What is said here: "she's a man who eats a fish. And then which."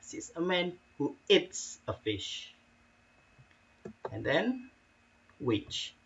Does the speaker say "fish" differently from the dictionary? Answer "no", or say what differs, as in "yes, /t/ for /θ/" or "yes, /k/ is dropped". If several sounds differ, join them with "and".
no